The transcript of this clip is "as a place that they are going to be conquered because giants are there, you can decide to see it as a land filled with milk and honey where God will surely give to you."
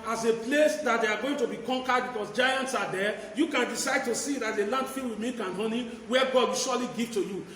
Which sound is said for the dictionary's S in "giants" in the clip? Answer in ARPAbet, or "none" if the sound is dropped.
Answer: S